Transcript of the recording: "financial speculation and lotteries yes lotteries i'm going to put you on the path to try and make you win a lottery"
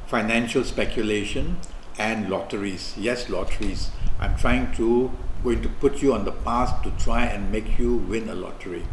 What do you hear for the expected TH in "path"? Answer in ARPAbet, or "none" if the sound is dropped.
S